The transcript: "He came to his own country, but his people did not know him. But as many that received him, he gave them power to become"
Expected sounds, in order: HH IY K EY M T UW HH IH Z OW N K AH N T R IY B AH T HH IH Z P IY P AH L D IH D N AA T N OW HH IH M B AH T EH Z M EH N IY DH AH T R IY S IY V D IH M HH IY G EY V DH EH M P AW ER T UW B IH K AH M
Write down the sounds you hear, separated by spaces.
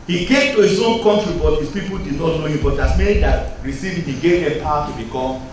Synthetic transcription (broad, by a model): HH IY K EY M T UW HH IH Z OW N K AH N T R IY B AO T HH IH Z P IY P AH L D IH D N AA T N OW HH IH M B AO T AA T M EH N IY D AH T R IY S IY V IH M HH IY G EY V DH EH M P AW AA T UW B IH K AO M